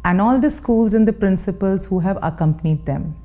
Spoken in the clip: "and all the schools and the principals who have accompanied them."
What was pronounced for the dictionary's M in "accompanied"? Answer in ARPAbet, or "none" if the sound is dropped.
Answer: M